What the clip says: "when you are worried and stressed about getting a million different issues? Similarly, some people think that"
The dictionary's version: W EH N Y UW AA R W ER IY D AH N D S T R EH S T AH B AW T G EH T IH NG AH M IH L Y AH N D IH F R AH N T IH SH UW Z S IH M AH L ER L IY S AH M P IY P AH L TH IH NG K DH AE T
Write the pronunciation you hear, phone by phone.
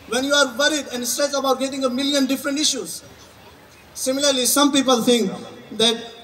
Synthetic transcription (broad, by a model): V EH N Y UW AA R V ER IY D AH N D S T R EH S AH B AW T G EH T IH NG AH M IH L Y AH N D IH F R AH N T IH SH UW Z S IH M AH L ER L IY S AH M P IY P AH L T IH NG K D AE T